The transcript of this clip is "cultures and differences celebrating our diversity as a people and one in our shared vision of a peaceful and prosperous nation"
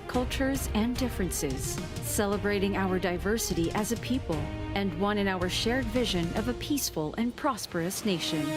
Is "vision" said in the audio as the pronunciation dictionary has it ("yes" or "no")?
yes